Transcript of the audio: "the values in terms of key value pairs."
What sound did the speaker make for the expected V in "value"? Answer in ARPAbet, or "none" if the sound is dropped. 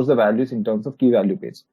V